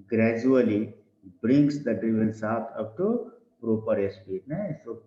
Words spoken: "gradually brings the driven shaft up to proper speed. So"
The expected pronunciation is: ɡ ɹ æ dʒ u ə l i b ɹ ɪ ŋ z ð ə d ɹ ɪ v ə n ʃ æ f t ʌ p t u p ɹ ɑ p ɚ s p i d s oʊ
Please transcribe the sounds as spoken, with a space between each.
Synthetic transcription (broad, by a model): ɡ ɹ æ dʒ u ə l i b ɹ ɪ ŋ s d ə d ɹ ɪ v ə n s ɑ t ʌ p t u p ɹ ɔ p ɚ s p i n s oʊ